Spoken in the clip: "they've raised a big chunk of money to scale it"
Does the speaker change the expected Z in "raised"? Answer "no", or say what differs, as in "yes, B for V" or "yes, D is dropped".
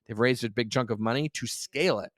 no